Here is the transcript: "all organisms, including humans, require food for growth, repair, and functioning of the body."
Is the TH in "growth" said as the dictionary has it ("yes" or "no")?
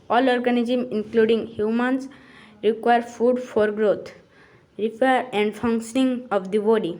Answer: no